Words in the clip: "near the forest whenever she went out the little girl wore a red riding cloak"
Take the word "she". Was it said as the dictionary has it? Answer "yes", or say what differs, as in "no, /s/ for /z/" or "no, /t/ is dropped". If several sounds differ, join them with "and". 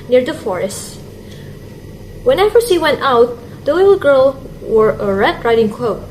no, /s/ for /ʃ/